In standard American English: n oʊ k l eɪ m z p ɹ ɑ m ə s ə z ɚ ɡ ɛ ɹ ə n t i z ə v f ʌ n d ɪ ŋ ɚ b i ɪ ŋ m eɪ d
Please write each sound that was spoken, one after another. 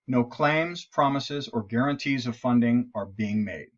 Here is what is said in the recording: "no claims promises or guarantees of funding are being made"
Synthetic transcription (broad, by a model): n oʊ k l eɪ m z p ɹ ɑ m ə s ə z ɚ ɡ ɛ ɹ ə n t i z ə v f ʌ n d ɪ ŋ ɚ b i ɪ ŋ m eɪ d